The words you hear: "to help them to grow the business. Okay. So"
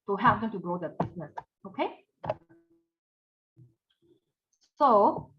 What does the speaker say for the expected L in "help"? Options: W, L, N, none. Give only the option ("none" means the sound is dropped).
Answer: none